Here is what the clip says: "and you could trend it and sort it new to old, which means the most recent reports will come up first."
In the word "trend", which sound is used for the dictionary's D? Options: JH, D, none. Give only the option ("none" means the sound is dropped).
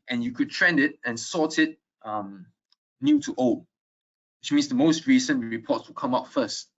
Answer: D